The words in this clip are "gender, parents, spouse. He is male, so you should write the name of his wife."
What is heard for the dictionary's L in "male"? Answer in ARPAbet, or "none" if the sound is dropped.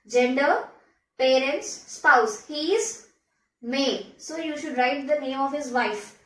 N